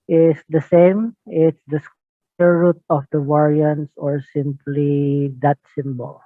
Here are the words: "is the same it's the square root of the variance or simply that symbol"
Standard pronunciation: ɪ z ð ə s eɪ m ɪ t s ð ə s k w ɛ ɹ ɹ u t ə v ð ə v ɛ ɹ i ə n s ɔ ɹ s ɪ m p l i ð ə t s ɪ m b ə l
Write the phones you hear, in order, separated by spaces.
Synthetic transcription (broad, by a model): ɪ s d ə s eɪ m ɪ t s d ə s k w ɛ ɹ ɹ u t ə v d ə w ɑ ɹ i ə n s ɔ ɹ s ɪ m p l i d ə t s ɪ m b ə l